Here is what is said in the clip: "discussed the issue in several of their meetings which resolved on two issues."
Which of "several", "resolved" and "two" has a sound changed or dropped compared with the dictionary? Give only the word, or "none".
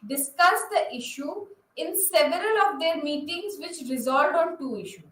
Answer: resolved